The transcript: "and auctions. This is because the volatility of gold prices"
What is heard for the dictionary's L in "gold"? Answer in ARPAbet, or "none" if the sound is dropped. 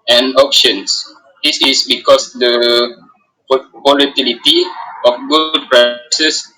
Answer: none